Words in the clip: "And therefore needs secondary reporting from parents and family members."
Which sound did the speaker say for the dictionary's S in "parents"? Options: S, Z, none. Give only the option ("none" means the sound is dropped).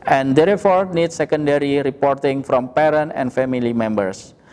none